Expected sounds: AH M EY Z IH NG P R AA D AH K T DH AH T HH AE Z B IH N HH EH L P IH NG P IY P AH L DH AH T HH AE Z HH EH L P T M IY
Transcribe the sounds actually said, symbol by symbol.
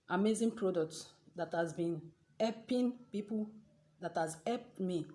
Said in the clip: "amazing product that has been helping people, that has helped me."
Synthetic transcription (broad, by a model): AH M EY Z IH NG P R AA D AH K T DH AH T HH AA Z B IH N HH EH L P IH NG P IY P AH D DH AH T HH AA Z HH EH P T M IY